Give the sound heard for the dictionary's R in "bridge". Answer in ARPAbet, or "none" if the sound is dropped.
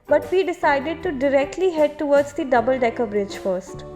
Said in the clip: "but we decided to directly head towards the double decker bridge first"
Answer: R